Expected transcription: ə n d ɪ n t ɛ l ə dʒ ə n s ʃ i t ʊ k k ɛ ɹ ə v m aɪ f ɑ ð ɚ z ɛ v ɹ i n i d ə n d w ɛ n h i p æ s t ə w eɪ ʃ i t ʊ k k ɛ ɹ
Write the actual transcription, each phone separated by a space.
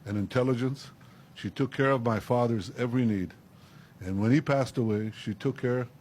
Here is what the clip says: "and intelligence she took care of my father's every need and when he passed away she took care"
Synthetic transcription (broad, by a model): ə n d ɪ n t ɛ l ə dʒ ə n s ʃ i t ʊ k k ɛ ɹ ə v m aɪ f ɑ ð ɚ z ɛ v ɹ i n i d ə n w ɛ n i p æ s t ə w eɪ ʃ i t ʊ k k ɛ ɹ